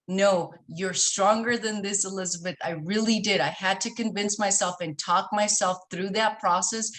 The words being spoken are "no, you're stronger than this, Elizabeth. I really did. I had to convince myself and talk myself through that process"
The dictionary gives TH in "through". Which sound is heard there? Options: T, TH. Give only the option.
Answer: TH